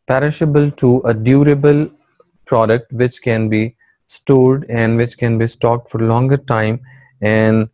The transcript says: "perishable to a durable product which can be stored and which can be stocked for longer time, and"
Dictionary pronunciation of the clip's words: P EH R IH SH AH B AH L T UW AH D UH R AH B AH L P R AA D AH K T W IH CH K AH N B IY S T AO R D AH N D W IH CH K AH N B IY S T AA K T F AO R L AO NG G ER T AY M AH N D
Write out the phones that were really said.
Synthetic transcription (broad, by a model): P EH R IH SH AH B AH L T UW AH D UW R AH B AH L P R AA D AH K T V IH CH K AH N B IY S T AO R D AH N D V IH CH K AH N B IY S T AA K T F AO R L AO NG G ER T AY M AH N D